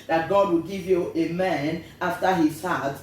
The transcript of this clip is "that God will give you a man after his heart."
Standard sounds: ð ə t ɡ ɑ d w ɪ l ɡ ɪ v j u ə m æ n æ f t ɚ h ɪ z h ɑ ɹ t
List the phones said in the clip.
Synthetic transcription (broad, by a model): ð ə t ɡ ɑ d w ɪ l ɡ ɪ v j u ə m æ n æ f t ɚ h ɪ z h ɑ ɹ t